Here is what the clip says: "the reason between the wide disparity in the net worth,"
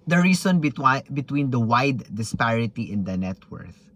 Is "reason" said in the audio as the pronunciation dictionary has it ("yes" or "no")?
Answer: no